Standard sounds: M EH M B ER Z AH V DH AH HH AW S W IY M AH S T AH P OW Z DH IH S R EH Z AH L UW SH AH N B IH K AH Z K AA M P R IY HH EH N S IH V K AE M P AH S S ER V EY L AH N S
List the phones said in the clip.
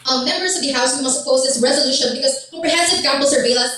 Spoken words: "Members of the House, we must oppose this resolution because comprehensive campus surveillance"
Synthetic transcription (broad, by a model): M EH M B ER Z AH V DH AH HH AW S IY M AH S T AH P OW Z DH IH S R EH Z AH L UW SH AH N B IH K AH Z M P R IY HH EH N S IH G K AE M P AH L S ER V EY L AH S